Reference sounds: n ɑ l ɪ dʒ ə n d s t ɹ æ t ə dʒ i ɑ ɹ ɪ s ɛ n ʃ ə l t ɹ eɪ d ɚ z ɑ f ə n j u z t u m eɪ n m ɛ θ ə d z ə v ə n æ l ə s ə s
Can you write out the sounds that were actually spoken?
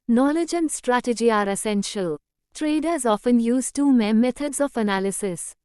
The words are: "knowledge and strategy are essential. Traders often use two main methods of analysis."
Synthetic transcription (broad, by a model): n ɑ l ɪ dʒ ə n d s t ɹ æ t ə dʒ i ɑ ɹ ɪ s ɛ n ʃ ə l t ɹ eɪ d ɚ z ɑ f ə n j u z t u m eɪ m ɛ t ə d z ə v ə n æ l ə s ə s